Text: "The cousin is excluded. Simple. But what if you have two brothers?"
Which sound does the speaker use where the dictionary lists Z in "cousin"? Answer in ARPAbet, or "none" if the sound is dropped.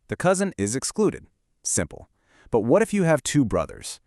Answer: Z